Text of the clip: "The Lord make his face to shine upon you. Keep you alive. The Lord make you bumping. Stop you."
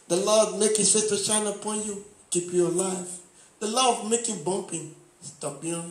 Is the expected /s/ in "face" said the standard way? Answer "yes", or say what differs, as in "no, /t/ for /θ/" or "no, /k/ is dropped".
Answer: no, /s/ is dropped